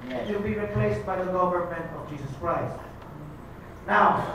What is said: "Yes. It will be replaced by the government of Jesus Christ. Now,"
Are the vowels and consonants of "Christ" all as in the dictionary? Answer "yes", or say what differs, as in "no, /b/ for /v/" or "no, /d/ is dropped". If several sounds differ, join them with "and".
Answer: yes